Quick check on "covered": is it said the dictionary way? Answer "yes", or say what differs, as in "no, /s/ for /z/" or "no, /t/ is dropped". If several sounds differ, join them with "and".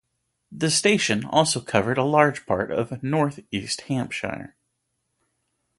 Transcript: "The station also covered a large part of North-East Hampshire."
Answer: yes